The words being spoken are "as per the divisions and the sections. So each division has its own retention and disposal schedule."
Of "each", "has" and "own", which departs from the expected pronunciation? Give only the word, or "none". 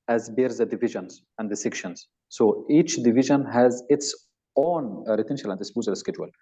none